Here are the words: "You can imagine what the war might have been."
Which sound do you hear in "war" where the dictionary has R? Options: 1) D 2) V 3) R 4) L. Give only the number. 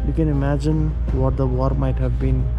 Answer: 3